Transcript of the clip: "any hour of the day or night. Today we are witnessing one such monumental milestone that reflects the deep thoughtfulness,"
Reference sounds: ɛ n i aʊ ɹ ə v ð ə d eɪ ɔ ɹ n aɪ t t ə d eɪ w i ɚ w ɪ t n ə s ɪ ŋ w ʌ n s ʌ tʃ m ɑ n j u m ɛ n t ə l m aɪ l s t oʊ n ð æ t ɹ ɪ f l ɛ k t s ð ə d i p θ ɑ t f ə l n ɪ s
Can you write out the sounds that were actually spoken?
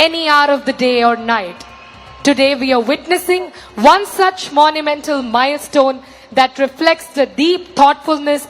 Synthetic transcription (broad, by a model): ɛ n i aʊ ɹ ə v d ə d eɪ ɔ ɹ n aɪ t t ə d eɪ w i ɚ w ɪ t n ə s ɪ ŋ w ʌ n s ʌ tʃ m ɑ n j u m ɛ n t ə l m aɪ l s t oʊ n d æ t ɹ ɪ f l ɛ k t s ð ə d i p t ɑ t f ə l n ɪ s